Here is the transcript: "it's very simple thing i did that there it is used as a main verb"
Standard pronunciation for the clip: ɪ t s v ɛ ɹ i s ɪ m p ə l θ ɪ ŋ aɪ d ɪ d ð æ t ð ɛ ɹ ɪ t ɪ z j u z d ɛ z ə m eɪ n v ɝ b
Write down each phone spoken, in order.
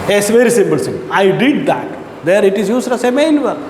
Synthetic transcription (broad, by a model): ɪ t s v ɛ ɹ i s ɪ m p ə l s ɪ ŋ aɪ d ɪ d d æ t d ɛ ɹ ɪ t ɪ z j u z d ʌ s ə m eɪ n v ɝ